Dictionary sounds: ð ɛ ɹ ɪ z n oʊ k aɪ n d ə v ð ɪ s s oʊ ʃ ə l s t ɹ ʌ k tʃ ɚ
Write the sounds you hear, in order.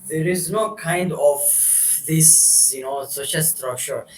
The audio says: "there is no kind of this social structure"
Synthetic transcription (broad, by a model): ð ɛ ɹ ɪ z n oʊ k aɪ n d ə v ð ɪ s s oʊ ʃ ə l s t ɹ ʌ k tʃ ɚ